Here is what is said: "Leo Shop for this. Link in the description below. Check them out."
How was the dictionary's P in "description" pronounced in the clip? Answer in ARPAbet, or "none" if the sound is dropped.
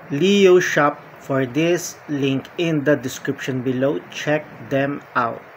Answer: P